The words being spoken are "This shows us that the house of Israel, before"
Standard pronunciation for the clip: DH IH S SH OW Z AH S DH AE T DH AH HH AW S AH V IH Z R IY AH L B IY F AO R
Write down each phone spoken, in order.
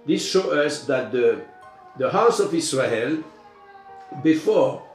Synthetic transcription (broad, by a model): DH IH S SH OW AH S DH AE T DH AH HH AW S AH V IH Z R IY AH L B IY F AO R